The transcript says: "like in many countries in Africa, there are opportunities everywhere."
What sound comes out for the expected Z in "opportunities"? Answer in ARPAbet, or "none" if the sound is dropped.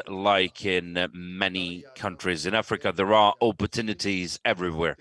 Z